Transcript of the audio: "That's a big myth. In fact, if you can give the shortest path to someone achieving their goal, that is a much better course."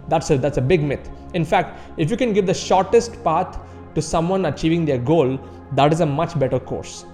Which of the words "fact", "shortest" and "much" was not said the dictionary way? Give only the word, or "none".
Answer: none